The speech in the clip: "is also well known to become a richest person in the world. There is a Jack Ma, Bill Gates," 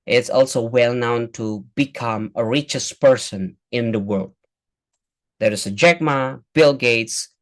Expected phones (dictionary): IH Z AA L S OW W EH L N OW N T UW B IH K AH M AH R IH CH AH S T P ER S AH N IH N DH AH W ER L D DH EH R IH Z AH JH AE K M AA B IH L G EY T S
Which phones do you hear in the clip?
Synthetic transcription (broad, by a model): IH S AA L S OW W EH L N OW N T UW B IH K AH M AH R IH CH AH S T P ER S AH N IH N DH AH W ER L D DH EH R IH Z AH JH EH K M AA B IH L G EY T S